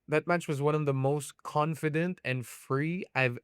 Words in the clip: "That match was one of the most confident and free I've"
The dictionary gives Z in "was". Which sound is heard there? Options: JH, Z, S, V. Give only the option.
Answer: Z